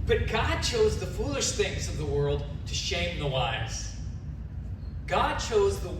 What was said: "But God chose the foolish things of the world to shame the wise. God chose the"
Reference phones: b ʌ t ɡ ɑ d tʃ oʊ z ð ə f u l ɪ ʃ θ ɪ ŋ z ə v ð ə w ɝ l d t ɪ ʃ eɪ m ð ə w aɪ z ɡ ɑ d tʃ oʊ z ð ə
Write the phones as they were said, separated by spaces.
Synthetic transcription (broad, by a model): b ʌ t ɡ ɑ d tʃ oʊ z ð ə f u l ɪ ʃ θ ɪ ŋ z ə v ð ə w ɝ l d t ɪ ʃ eɪ m ð ə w aɪ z ɡ ɑ d tʃ oʊ z ð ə